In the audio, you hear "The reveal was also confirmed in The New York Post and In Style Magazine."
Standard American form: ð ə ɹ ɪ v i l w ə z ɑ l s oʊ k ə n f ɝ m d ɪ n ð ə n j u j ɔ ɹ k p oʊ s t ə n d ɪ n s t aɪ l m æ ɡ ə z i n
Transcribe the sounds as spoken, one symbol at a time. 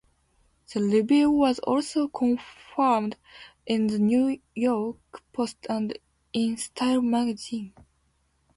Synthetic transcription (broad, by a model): ð ə l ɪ b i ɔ w ə z ɑ l s oʊ k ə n f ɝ m d ɪ n ð ə n j u j ɔ ɹ k p oʊ s t ə n d ɪ n s t aɪ l m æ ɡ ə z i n